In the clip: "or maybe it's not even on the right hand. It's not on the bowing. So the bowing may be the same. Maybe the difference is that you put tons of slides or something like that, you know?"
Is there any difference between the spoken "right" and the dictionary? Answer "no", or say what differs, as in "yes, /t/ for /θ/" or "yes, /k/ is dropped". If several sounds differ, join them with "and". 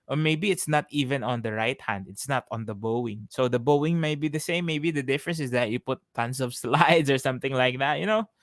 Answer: no